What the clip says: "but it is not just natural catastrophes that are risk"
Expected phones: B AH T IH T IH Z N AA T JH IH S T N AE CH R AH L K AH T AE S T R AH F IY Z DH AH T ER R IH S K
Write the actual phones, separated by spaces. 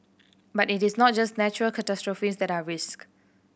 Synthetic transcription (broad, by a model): B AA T IH T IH S N AA T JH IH S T N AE CH R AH L K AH T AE S T R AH F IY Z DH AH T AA R IH S K